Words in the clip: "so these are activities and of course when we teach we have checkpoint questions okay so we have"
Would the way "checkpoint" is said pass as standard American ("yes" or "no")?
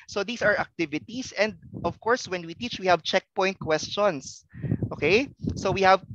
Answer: yes